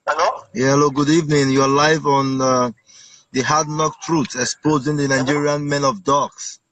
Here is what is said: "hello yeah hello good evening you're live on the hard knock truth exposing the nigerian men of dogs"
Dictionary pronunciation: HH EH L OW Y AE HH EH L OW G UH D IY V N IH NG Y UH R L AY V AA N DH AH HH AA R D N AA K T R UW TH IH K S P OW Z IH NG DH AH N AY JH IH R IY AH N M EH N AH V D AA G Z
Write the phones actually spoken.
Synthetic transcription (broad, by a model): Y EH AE HH EH L OW G UH D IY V N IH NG Y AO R L AY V AA N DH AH HH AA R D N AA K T R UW S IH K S P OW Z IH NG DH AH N AY JH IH R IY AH N M EH N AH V D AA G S